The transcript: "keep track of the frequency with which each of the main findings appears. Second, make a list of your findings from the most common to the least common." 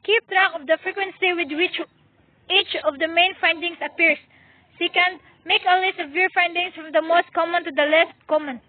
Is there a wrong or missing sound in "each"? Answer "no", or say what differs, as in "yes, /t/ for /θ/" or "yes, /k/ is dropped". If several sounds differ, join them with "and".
no